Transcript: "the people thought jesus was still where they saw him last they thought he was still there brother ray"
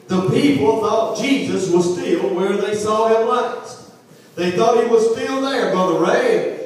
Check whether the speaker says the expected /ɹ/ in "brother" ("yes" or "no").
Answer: no